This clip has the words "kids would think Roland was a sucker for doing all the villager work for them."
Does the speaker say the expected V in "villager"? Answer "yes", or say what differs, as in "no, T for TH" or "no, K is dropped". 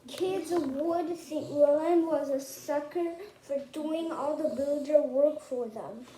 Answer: no, B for V